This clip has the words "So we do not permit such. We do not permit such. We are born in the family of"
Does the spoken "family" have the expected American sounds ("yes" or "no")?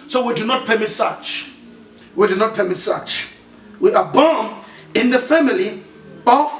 yes